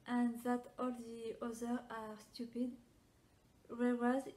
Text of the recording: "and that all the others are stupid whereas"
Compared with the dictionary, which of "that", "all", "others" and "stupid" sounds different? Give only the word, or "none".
others